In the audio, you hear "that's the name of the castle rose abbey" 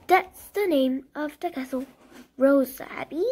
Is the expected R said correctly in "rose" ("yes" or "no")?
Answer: yes